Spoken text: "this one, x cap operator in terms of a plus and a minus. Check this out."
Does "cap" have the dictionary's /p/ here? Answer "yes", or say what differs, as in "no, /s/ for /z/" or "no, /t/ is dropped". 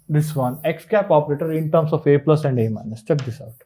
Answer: yes